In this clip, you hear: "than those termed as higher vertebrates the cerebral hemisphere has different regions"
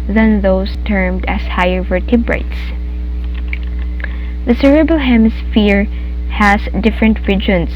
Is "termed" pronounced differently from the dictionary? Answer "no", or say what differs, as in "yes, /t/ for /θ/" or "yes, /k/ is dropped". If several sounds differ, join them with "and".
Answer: no